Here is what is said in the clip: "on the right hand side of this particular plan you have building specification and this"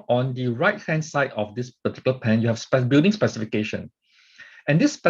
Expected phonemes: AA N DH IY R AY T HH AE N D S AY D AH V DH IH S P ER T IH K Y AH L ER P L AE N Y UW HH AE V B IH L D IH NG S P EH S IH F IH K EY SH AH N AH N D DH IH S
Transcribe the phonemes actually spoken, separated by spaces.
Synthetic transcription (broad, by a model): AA N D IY R AY T HH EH N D S AY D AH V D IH S P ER T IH K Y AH L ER P AE N Y UW HH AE P B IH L D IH NG S P EH S IH F IH K EY SH AH N AH N D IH S